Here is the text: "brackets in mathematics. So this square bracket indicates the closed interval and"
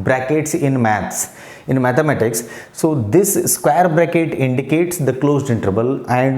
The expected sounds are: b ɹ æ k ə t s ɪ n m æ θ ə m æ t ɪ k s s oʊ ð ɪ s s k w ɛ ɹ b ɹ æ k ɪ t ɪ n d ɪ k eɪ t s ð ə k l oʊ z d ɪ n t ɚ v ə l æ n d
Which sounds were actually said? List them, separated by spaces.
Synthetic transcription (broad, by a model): b ɹ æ k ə t s ɪ n m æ s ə m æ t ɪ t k s oʊ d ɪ s s k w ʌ ɹ b ɹ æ k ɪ t ɪ n d ɪ k eɪ t s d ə k l oʊ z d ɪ n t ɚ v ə l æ n d